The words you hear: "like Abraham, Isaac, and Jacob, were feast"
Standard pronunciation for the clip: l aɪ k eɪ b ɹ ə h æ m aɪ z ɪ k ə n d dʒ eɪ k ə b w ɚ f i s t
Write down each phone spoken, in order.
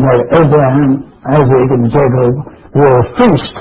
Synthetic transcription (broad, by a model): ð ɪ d eɪ b ɹ ə h æ m aɪ z ɪ k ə n dʒ eɪ k ə b w ɚ f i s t